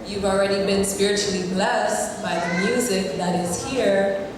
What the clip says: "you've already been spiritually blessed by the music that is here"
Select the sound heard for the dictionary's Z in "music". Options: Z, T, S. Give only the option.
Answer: Z